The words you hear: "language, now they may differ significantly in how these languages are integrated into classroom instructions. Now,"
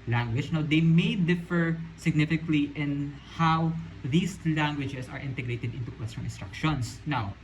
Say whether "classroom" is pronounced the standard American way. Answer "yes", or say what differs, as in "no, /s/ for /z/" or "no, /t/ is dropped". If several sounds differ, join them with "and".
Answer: no, /w/ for /l/